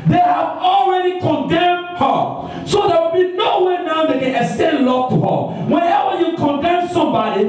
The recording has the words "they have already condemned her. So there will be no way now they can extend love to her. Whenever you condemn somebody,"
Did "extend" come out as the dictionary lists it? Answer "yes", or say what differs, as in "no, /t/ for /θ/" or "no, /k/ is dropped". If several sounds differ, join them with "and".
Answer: no, /k/ is dropped